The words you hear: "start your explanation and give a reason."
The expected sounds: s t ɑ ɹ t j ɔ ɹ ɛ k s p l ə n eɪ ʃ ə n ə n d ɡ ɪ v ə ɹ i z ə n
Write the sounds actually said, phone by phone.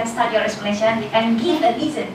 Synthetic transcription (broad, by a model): s t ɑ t j ɔ ɹ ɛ s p ə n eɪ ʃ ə n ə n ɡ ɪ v ə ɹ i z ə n